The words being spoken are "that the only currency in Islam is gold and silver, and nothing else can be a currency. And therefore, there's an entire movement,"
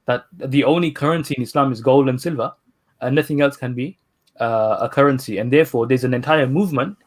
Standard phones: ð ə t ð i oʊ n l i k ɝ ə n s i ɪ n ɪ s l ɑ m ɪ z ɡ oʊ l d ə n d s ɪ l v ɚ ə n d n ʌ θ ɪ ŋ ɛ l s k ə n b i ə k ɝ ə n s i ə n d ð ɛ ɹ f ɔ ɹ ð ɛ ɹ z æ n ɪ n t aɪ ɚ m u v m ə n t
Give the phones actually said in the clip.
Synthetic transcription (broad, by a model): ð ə t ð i oʊ n l i k ɝ ə n s i ɪ n ɪ s l ɑ m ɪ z ɡ oʊ l d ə n s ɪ l v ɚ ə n n ʌ θ ɪ ŋ ɛ l s k ə n b i ə k ɝ ə n s i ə n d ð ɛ f ɔ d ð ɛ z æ n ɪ n t aɪ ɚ m u v m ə n t